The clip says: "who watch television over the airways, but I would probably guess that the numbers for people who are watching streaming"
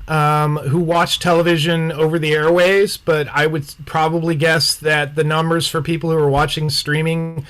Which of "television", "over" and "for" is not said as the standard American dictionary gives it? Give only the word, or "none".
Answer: none